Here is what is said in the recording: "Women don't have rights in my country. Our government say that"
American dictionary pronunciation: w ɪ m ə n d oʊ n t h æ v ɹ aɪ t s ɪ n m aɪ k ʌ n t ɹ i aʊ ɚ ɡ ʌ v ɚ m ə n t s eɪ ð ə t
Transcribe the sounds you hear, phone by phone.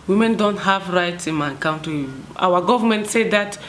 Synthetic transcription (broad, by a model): w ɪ m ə n d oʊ n t h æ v ɹ aɪ t s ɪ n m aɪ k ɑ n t i aʊ ɚ ɡ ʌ v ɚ m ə n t s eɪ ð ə t